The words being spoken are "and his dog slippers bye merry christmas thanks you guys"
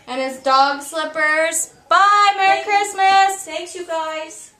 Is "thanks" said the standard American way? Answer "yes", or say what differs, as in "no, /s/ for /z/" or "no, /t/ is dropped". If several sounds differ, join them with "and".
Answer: no, /s/ is dropped